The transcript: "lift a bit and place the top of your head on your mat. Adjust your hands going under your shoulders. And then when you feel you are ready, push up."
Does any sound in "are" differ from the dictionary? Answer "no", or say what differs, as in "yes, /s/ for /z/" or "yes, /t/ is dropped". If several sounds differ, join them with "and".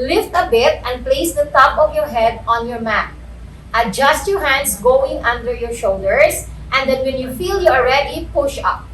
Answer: yes, /l/ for /ɹ/